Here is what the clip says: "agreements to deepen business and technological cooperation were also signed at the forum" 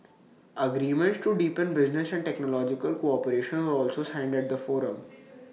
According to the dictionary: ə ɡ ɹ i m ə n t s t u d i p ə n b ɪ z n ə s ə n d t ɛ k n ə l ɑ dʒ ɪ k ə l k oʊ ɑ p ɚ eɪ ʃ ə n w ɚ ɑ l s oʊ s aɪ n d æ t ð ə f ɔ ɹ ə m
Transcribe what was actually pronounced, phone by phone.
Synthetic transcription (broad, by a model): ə ɡ ɹ i m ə n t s t u d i p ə n b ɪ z n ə s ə n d t ɛ k n ə l ɑ dʒ ɪ k ə l k oʊ ɑ p ɚ eɪ ʃ ə n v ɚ ɑ l s oʊ s aɪ n d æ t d ə f ɔ ɹ ə m